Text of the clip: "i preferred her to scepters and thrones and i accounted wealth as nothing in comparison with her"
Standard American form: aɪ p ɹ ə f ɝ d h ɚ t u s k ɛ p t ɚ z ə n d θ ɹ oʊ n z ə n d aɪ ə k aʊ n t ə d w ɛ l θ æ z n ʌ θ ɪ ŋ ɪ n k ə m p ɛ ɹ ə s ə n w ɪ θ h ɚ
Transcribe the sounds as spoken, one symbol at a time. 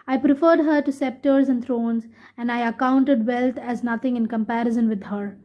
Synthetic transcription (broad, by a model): aɪ p ɹ ə f ɝ d h ɚ t u s ɛ p t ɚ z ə n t ɹ oʊ n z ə n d aɪ ə k aʊ n t ə d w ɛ l t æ z n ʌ t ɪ ŋ ɪ n k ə m p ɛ ɹ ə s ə n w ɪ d h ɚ